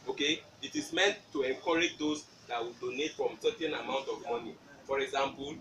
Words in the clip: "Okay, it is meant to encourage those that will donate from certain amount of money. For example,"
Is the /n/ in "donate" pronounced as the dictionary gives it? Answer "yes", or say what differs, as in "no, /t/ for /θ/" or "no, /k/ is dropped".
yes